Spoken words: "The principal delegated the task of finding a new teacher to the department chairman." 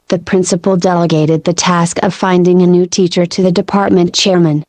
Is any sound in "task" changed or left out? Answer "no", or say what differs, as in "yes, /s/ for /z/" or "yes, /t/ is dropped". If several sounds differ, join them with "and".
no